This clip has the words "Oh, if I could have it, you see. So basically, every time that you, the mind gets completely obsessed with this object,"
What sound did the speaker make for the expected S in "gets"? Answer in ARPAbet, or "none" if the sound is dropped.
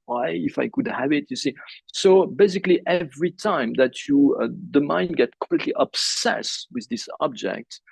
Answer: none